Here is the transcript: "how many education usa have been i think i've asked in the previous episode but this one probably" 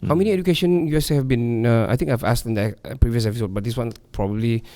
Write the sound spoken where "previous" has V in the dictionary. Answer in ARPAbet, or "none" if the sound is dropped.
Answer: V